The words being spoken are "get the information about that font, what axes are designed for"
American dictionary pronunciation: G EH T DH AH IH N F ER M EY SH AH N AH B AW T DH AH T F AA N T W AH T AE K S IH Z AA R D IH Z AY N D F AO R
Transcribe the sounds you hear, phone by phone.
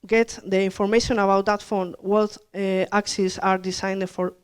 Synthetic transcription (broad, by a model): G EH T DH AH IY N F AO M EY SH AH N AH B AW T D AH T F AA N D W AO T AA K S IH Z AA R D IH S AY N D F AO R